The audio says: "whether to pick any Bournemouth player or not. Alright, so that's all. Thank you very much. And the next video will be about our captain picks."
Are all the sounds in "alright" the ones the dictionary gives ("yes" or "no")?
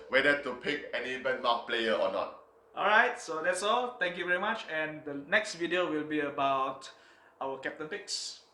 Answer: yes